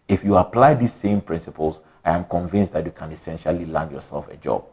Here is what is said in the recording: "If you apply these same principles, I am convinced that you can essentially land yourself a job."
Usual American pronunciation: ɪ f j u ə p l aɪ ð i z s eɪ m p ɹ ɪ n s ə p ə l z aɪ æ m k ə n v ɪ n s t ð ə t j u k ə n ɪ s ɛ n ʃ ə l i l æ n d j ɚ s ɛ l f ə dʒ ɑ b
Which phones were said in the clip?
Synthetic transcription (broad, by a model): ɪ f j u ə p l aɪ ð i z s eɪ m p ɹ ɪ n s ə p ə l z aɪ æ m k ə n v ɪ n s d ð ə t j u k ə n ɪ s ɛ n ʃ ə l i l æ n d j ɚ s ɛ l f ə dʒ ɑ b